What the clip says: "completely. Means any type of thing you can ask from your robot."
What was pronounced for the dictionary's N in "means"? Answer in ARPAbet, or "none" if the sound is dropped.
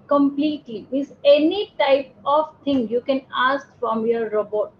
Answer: none